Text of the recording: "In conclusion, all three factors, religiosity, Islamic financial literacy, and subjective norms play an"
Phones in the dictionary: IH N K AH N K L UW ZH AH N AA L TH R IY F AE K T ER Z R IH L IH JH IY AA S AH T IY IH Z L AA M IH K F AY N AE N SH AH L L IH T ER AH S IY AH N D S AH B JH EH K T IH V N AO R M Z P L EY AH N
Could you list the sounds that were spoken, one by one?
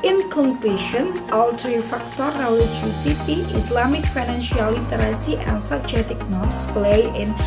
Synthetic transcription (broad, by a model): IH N K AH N K L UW SH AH N AA L T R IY F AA K T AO R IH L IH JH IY S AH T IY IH S L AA M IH K F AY N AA N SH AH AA L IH T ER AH S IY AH N S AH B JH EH T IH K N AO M S P L EY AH N